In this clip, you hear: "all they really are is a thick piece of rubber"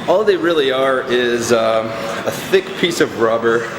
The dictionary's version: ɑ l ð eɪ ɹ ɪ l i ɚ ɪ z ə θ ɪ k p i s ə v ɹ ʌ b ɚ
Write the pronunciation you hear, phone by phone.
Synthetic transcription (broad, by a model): ɑ l ð eɪ ɹ ɪ l i ɚ ɪ z ə θ ɪ k p i s ə v ɹ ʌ b ɚ